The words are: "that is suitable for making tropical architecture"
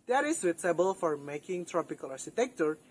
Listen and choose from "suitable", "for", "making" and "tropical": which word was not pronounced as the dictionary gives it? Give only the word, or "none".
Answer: suitable